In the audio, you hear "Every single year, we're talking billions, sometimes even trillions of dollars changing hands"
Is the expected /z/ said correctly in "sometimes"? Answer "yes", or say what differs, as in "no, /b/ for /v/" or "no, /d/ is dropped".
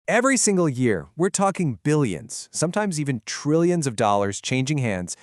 yes